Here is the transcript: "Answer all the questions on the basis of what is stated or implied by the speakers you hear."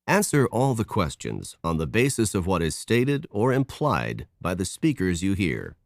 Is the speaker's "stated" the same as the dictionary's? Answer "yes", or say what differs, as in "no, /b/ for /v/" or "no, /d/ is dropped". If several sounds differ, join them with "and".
yes